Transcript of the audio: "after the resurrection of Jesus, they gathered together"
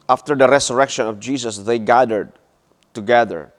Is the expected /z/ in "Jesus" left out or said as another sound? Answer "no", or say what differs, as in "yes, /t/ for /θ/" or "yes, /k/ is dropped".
yes, /s/ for /z/